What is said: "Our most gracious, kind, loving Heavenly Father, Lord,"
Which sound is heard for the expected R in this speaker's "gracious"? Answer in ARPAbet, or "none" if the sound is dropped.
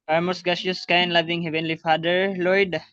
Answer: none